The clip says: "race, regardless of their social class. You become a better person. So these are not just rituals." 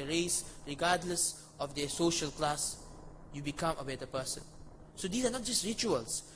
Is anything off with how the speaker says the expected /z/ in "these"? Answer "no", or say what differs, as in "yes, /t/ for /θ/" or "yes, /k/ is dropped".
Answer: yes, /s/ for /z/